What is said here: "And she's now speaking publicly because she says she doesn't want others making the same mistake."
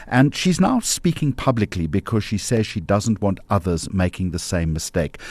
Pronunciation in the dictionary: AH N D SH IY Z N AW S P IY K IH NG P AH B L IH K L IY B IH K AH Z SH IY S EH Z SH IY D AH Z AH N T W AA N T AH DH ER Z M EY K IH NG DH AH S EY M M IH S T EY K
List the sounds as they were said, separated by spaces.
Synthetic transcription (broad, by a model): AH N SH IY Z N AW S P IY K IH NG P AH B L IH K L IY B IH K AH Z SH IY S EH Z SH IY D AH Z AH N T W AA N T AH DH ER Z M EY K IH NG DH AH S EY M M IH S T EY K